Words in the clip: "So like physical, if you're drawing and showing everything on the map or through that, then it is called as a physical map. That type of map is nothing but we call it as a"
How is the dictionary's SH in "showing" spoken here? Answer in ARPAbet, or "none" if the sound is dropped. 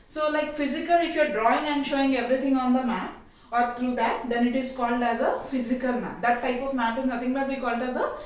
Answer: SH